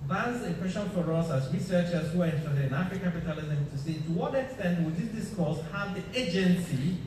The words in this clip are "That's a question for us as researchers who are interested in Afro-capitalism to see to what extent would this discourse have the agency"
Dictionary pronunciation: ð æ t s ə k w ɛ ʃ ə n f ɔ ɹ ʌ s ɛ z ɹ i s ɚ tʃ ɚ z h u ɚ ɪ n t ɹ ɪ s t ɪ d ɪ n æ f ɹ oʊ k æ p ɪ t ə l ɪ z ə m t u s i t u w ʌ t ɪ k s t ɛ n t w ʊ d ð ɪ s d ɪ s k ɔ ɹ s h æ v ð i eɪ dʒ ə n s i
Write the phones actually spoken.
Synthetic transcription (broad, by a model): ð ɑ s ə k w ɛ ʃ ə n f ɔ ɹ ʌ s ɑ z ɹ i s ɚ tʃ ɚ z h u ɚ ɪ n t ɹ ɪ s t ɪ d ɪ n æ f oʊ k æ p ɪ t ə l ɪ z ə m t u s i t u w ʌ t ɪ k s t ɛ n t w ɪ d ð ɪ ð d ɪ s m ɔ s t h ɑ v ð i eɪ dʒ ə n s i